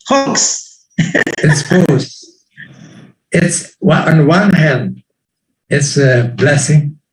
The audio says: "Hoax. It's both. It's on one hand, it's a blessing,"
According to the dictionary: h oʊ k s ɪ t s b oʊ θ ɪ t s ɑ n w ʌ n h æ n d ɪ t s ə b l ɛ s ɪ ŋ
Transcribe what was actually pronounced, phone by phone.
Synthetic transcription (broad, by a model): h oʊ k s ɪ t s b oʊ s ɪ t s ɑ n w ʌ n h æ n d ɪ t s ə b l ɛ s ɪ ŋ